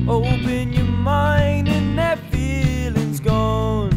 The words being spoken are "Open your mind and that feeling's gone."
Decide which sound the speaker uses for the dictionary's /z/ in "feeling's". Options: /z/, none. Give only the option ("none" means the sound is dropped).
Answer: /z/